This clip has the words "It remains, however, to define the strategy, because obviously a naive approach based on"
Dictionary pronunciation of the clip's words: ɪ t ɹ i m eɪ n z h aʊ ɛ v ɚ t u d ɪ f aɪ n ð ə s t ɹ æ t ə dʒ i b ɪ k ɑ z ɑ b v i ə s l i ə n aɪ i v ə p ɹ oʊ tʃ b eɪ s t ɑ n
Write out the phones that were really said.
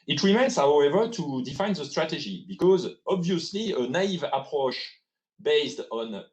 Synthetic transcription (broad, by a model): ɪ t ɹ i m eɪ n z h aʊ ɛ v ɚ t u d ɪ f aɪ n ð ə s t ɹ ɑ t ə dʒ i b ɪ k ɑ z ɑ b v i ə s l i ə n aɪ i v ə p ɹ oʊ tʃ b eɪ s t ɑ n